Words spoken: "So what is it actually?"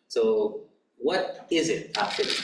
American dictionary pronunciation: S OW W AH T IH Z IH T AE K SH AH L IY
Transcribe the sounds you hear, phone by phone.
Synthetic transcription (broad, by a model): S OW W AH T IH Z IH T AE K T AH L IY